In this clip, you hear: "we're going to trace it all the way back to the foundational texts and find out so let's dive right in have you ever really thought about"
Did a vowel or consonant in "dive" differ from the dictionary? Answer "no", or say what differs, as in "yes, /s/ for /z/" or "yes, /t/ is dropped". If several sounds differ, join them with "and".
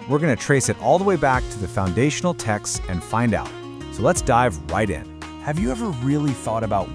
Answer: no